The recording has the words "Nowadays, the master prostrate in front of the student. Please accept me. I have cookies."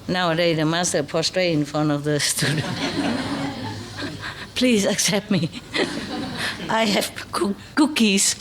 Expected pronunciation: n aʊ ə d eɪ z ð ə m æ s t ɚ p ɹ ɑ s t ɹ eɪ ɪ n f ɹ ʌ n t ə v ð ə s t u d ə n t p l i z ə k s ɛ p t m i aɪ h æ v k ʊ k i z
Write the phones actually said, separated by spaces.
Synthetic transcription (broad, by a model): n aʊ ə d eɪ ð ə m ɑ s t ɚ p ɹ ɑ s t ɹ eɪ ɪ n f ɹ ʌ n t ə v ð ə s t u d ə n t p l i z ə k s ɛ p t m i aɪ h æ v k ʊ k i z